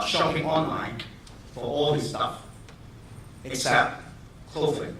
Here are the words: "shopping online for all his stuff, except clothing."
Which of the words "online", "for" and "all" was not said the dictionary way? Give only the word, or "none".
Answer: none